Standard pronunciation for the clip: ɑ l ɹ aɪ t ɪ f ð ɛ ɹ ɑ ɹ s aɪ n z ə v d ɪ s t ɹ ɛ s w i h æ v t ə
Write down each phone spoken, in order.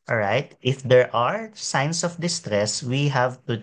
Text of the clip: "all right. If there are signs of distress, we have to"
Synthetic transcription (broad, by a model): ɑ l ɹ aɪ t ɪ f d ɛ ɹ ɑ ɹ s aɪ n s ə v d ɪ s t ɹ ɛ s w i h æ v t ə